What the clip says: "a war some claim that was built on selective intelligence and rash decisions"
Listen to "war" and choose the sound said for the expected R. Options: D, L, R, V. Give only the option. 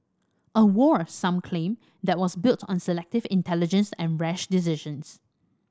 R